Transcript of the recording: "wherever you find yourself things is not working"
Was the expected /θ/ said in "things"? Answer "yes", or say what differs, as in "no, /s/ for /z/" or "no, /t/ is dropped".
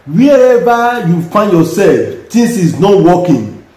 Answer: no, /t/ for /θ/